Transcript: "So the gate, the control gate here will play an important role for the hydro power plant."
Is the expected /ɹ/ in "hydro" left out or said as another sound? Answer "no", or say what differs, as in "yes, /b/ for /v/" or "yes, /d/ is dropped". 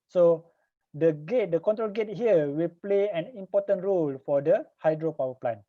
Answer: no